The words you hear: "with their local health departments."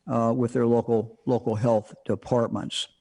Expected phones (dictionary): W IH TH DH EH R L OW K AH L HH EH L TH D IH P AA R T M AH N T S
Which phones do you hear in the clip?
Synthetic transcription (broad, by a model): W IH DH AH R L OW K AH L HH EH L TH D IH P AA R T M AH N T S